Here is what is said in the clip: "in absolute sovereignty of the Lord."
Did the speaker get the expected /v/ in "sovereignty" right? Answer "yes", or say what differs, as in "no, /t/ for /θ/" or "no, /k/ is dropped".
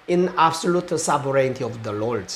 no, /b/ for /v/